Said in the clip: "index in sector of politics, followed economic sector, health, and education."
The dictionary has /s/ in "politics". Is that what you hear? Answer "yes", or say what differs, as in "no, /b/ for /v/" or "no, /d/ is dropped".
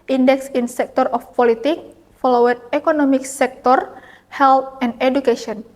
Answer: no, /s/ is dropped